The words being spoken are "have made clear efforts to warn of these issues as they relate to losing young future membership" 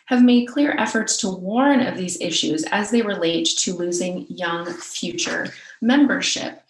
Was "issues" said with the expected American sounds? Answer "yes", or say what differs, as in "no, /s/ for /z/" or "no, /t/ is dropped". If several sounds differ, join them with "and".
yes